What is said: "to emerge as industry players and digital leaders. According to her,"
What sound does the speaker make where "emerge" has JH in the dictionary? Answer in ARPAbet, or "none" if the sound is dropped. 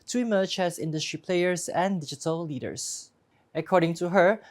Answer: CH